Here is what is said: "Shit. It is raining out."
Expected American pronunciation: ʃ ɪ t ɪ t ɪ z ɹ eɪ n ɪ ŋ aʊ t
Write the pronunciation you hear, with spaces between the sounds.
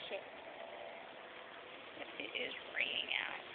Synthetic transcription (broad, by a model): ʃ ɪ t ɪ t ɪ z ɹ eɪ ɪ ŋ aʊ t